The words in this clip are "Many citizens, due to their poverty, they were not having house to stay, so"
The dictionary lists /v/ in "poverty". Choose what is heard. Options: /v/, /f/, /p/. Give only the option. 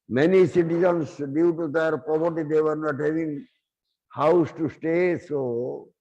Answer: /p/